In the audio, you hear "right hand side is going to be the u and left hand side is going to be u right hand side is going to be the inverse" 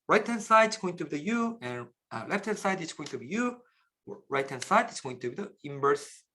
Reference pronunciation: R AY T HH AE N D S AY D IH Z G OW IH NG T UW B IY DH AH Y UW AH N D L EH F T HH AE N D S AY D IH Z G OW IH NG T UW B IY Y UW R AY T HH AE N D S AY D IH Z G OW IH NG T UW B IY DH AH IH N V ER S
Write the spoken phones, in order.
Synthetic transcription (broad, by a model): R AY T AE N S AY D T S G OW IH NG T UW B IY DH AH Y UW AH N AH L EH F T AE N S AY D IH S G OW IH NG T UW B IY Y UW R AY T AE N S AY D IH S G OW IH NG T UW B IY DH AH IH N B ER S